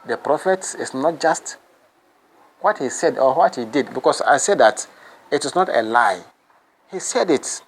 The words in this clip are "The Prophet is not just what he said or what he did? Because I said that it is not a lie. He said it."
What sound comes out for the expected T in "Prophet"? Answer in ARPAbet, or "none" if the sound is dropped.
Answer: T